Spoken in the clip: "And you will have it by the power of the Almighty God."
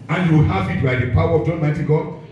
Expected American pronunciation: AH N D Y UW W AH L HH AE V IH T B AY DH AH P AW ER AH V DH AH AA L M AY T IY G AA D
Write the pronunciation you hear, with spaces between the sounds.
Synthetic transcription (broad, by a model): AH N Y UW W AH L HH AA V IH T B AY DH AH P AW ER AH V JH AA N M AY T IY G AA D